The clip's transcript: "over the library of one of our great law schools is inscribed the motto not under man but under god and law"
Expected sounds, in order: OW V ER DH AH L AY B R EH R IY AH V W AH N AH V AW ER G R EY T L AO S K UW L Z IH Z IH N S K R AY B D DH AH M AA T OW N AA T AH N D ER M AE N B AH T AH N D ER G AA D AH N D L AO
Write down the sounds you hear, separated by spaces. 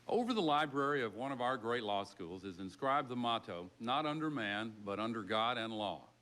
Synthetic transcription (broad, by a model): OW V ER DH AH L AY B R EH R IY AH V W AH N AH V AW ER G R EY T L AO S K UW L Z IH Z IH N S K R AY B DH AH M AA T OW N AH T AH N D ER M AE N B AH T AH N D ER G AA D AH N L AO